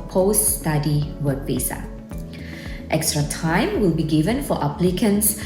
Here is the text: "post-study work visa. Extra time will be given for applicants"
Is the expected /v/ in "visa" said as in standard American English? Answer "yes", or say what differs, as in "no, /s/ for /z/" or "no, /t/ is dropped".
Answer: no, /p/ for /v/